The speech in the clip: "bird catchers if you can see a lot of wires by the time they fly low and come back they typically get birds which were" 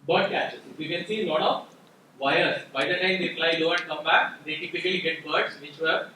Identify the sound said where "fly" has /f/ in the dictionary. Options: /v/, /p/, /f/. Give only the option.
/p/